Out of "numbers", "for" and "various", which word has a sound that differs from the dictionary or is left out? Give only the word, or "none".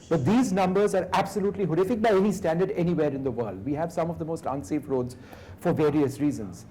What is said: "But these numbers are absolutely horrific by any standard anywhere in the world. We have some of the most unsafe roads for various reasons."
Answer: none